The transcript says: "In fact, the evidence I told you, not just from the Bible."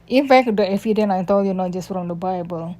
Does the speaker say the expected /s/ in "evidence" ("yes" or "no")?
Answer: no